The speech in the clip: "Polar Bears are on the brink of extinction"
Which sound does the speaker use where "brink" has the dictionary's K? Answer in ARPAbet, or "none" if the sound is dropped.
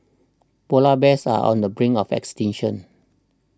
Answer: none